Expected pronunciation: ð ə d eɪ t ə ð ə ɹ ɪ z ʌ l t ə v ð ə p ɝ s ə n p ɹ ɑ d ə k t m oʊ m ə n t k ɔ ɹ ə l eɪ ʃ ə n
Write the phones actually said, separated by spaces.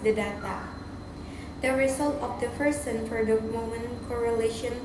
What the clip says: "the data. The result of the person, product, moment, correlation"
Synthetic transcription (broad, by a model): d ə d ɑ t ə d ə ɹ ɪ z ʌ l t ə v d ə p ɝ s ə n f ɹ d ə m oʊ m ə n k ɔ ɹ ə l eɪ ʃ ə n